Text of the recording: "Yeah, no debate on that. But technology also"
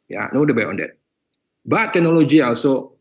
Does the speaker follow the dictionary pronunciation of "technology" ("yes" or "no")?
no